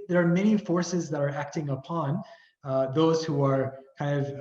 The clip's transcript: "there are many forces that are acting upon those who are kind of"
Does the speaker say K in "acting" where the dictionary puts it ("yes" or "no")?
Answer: yes